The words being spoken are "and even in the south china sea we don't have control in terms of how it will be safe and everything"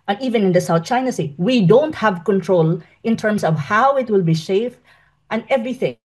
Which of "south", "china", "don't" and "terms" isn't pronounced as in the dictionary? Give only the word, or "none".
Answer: terms